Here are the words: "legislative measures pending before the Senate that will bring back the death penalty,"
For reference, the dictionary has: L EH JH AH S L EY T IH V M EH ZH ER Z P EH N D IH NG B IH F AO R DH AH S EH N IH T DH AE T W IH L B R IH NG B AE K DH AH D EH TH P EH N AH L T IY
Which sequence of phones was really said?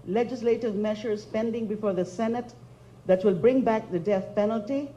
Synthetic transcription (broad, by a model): L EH JH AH S L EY T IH V M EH SH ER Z P EH N D IH NG B IH F AO R DH AH S EH N IH T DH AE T W IH L B R IH NG B AE K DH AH D EH TH P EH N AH L T IY